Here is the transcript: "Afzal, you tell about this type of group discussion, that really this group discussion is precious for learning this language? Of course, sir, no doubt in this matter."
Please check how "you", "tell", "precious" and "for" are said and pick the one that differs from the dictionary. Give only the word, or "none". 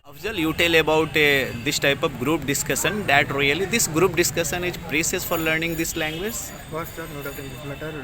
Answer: precious